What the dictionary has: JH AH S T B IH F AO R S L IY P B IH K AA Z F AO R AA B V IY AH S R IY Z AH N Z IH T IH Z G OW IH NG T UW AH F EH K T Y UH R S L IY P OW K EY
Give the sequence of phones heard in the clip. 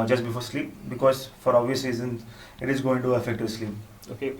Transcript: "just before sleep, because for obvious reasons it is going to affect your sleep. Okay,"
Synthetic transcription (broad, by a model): JH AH S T B IH F AO R S L IY P B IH K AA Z F AO R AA V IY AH S IY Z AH N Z IH T IH Z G OW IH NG T UW AH F EH K T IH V S L IY P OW K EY